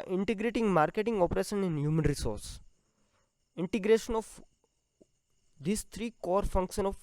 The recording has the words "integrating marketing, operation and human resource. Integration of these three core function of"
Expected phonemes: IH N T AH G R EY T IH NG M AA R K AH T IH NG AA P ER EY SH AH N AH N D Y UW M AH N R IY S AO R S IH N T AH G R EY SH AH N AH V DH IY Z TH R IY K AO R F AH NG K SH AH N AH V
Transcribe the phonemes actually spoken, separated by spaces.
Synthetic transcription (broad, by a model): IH N T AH G R EY T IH NG M AA R K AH T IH NG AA P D EY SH AH N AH N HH Y UW M AH N R IY S AO R S IH N T AH G R EY SH AH N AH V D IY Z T R IY K AO R F AH NG K SH AH N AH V